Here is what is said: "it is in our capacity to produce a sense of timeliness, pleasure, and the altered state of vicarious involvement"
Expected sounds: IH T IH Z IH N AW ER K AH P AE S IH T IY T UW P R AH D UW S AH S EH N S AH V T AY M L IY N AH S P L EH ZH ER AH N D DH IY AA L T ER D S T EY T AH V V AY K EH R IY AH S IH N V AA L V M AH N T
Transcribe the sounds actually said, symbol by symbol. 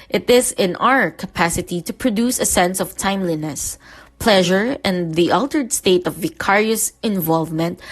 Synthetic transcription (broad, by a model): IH T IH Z IH N AW ER K AH P AE S IH T IY T UW P R AH D UW S AH S EH N S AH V T AY M L IY N AH S P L EH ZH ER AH N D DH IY AA L T ER D S T EY T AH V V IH K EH R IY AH S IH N V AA L V M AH N T